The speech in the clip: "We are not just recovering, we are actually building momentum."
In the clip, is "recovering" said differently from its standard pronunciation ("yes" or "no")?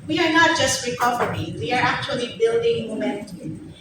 yes